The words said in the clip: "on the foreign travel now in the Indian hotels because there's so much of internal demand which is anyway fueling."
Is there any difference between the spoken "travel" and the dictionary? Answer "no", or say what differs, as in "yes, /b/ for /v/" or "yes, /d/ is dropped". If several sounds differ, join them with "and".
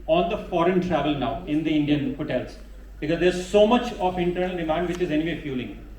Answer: no